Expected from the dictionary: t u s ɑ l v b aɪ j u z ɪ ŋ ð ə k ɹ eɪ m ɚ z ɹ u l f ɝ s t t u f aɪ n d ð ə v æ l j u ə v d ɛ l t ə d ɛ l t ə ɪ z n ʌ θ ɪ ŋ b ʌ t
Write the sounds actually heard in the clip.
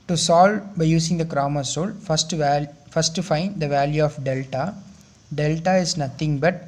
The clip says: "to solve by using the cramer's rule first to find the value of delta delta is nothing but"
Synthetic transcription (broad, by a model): t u s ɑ l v b aɪ j u s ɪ ŋ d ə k ɹ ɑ m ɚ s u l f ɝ s t t u f aɪ n d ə v æ l j u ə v d ɛ l t ə d ɛ l t ə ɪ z n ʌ t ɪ ŋ b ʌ t